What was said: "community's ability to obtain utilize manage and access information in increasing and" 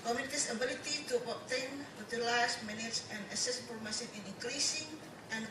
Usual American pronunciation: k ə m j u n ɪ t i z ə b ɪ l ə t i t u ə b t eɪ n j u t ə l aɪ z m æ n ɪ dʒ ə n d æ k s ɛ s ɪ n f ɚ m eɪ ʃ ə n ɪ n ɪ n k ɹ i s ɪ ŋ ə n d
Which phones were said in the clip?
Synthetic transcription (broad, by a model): k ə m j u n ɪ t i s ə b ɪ l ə t i t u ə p t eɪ n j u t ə l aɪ s m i n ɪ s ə n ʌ s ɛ s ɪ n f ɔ m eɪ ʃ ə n ɪ n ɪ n k ɹ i s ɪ ŋ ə n